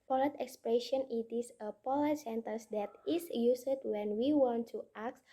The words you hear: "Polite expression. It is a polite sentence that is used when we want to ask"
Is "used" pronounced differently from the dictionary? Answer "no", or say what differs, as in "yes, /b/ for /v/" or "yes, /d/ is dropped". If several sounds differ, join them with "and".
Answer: yes, /s/ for /z/